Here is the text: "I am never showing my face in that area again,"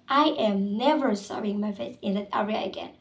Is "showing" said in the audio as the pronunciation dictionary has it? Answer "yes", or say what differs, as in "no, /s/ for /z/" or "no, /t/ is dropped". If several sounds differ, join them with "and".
no, /s/ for /ʃ/